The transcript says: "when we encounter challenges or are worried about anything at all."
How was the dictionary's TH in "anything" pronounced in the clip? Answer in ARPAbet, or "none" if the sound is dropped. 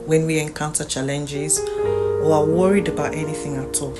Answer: TH